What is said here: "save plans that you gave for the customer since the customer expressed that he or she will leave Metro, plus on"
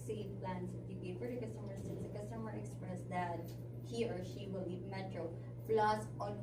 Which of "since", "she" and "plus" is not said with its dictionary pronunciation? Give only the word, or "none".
plus